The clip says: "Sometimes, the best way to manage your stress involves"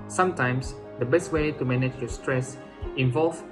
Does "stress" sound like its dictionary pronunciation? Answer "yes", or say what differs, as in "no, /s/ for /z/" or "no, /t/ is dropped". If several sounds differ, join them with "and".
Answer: yes